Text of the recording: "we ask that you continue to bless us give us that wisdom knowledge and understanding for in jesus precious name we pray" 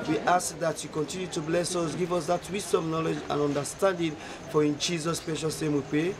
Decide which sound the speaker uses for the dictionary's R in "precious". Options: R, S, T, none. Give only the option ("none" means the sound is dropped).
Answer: none